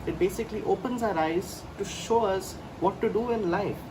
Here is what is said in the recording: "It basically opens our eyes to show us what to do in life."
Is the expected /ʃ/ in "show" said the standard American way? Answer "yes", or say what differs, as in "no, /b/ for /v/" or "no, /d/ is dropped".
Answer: yes